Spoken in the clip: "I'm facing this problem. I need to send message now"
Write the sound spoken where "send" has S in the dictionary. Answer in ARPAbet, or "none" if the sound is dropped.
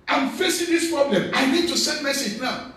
S